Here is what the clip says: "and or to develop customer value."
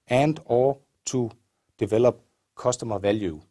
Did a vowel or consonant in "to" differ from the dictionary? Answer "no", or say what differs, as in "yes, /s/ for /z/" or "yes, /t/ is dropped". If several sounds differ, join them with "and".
yes, /s/ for /t/